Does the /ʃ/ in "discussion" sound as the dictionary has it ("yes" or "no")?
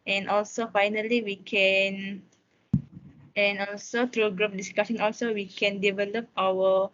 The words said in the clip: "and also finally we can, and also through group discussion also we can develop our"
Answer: no